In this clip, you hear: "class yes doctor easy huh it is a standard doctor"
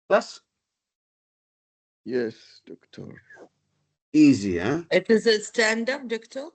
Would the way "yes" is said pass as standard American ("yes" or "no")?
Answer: yes